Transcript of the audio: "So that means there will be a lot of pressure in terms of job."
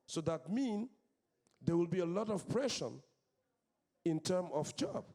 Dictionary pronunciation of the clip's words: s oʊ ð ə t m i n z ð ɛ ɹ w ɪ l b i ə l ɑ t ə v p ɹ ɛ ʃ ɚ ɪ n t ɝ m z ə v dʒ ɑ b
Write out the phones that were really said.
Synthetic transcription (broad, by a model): s oʊ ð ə t m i n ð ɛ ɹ w ɪ l b i ə l ɑ t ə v p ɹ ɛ ʃ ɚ ɪ n t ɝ m ə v dʒ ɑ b